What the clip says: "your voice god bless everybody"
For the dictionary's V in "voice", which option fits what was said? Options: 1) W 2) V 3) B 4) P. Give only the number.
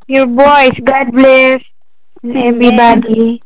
3